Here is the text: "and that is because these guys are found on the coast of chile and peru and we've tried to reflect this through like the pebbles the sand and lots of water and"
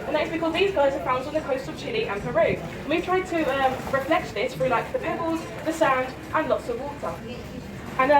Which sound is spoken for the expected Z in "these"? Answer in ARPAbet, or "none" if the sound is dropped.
Z